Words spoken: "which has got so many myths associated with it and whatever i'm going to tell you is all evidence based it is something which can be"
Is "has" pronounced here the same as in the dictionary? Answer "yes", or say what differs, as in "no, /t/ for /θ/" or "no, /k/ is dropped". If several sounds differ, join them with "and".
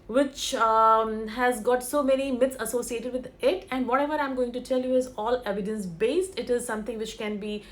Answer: yes